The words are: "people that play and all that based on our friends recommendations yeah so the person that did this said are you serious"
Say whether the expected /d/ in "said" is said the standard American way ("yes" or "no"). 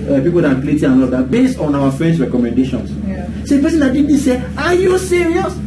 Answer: no